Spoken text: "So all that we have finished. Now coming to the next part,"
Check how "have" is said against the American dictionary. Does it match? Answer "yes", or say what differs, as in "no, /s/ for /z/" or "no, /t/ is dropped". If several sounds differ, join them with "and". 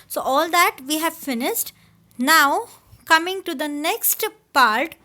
yes